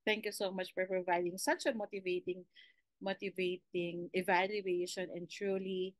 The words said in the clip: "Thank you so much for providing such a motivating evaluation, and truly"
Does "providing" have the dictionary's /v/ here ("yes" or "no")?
yes